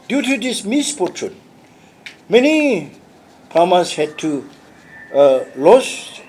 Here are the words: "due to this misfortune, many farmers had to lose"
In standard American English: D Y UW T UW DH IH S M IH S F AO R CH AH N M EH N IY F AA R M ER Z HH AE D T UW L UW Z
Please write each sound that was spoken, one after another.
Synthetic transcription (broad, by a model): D Y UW T UW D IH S M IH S P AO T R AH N M EH N IY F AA M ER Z HH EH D T UW L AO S